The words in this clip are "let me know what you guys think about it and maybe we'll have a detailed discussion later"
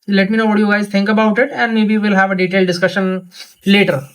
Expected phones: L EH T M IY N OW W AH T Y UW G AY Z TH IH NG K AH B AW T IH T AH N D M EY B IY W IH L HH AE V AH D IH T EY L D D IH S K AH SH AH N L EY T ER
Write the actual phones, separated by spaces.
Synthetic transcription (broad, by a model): L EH T M IY N OW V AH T Y UW G AY Z T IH NG K AH B AW T IH T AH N D M EY B IY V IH L HH AE V AH D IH T EY L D D IH S K AH SH AH N L EY T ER